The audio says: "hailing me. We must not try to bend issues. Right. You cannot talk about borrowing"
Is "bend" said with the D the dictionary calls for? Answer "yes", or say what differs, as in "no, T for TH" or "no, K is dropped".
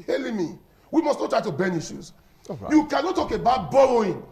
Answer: no, D is dropped